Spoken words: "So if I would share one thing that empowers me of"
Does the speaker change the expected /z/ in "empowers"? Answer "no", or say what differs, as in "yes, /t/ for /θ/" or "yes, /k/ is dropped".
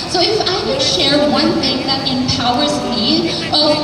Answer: no